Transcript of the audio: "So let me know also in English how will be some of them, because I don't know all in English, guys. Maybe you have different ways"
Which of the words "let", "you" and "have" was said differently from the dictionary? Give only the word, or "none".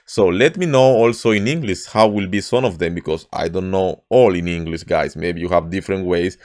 none